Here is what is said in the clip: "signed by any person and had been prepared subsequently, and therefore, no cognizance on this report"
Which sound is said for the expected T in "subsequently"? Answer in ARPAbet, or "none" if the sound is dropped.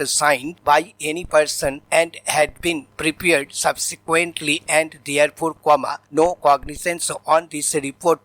T